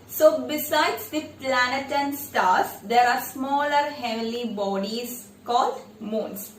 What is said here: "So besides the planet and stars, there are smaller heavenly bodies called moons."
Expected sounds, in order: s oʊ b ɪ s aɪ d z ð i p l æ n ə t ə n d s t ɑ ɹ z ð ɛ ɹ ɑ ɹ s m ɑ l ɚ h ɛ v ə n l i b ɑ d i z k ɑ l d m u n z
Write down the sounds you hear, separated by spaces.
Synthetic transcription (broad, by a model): s oʊ b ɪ s aɪ d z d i p l æ n ə t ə n s t ɑ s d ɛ ɹ ɑ ɹ s m ɑ l ɚ h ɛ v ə l i b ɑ d i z k ɑ l d m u n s